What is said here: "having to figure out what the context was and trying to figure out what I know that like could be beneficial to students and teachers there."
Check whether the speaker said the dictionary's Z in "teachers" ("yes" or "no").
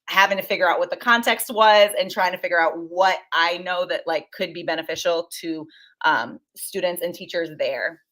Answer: yes